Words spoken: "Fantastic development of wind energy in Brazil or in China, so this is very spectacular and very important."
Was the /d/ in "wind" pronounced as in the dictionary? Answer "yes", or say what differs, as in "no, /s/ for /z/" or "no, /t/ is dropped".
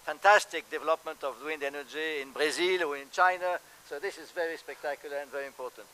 yes